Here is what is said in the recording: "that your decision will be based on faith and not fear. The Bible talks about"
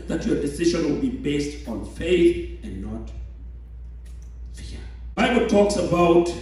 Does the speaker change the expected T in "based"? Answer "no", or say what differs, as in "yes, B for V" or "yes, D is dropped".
no